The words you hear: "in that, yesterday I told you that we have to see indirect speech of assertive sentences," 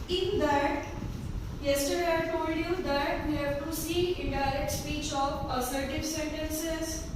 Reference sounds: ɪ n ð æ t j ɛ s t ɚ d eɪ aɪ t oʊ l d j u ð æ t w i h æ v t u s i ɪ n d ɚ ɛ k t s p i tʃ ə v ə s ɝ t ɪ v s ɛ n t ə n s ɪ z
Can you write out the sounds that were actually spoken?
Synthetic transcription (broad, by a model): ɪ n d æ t j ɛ s t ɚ d eɪ aɪ t oʊ l d j u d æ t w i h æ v t u s i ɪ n d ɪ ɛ k t s p i tʃ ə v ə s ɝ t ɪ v s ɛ n t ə n s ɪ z